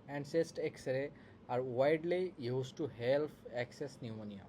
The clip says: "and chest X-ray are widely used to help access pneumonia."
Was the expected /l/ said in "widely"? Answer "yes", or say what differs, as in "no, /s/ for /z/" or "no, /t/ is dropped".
yes